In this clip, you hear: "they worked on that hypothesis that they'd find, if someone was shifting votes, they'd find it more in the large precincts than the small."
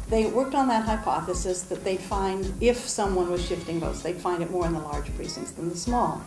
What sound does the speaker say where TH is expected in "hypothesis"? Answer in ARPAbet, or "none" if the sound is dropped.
TH